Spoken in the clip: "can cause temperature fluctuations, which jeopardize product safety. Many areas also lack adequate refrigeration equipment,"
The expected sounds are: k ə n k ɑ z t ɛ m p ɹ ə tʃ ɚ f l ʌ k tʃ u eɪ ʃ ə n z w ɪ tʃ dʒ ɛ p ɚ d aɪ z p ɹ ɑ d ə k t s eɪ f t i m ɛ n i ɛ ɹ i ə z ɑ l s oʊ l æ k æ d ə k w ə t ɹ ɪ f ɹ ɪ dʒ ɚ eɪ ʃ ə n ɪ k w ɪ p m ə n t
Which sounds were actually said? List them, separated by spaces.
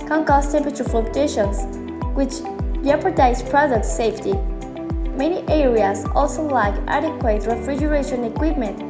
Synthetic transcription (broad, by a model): k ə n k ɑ s t ɛ m p ɹ ə tʃ ɚ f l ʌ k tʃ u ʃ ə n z w ɪ tʃ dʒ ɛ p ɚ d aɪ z p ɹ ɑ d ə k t s eɪ f t i m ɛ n i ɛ ɹ i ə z ɑ l s oʊ l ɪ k æ d ə k w ə t ɹ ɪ f ɹ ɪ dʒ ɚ eɪ ʃ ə n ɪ k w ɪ p m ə n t